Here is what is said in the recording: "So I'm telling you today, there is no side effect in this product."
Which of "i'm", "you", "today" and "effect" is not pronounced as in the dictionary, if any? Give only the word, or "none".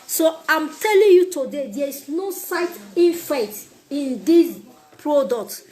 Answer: effect